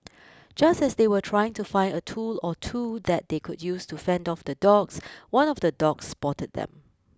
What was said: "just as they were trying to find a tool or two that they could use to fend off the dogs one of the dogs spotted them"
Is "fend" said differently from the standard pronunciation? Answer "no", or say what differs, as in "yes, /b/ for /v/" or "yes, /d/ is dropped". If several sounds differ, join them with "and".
no